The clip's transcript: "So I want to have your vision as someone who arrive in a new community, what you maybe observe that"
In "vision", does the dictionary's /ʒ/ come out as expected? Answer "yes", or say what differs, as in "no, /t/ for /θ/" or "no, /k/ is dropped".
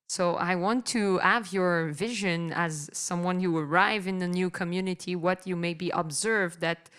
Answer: yes